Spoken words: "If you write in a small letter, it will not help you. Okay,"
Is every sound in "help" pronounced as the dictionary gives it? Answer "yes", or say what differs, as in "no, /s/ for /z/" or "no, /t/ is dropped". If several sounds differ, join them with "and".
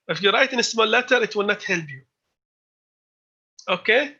no, /b/ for /p/